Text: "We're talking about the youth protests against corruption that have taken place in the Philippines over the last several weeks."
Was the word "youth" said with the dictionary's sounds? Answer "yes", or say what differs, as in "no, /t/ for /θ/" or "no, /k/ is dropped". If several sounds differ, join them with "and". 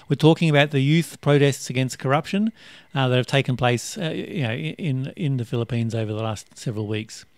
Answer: yes